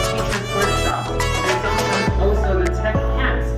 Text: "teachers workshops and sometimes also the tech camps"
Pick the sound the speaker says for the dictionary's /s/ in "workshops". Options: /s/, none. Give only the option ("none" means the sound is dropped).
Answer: none